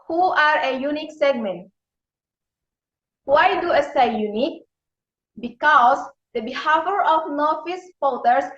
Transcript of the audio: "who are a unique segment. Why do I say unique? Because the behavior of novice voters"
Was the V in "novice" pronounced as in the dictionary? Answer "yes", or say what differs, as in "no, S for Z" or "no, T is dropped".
no, F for V